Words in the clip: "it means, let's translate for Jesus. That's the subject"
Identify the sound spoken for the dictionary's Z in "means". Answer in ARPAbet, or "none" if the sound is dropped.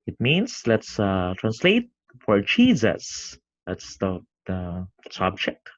S